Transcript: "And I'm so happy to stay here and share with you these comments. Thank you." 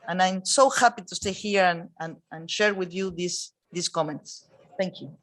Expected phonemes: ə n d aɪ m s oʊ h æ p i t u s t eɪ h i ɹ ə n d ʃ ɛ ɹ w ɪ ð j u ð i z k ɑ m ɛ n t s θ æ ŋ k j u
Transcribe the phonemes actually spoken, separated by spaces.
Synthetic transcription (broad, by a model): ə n aɪ m s oʊ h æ p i t u s t eɪ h i ɹ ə n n ʃ ɛ ɹ w ɪ ð j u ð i s k ɑ m ɛ n t s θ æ ŋ k j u